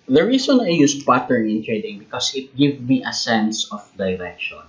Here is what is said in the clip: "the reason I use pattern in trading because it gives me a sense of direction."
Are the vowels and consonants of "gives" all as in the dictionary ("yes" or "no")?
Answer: no